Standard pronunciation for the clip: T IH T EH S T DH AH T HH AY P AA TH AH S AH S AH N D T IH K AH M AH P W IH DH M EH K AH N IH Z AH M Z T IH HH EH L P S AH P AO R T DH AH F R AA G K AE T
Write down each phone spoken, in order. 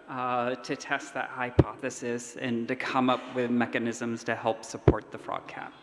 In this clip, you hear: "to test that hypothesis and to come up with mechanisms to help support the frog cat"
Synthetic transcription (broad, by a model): T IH T EH S T DH AH T HH AY P AA TH AH S AH S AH N T IH K AH M AH P W IH DH M EH K AH N IH Z AH M Z T IH HH EH L P S AH P AO R T DH AH F R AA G K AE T